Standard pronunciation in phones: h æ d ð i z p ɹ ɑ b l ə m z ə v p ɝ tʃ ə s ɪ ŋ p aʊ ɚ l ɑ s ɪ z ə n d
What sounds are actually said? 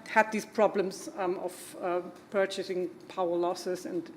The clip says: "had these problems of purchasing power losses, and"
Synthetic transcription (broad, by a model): h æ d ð i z p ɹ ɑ b l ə m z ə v p ɝ tʃ ə s ɪ ŋ p aʊ ɚ l ɑ s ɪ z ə n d